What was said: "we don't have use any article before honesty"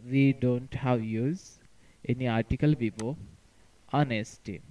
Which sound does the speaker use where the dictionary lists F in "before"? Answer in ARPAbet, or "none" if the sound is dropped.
P